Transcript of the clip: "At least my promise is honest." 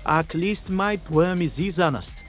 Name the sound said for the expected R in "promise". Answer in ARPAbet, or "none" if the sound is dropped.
W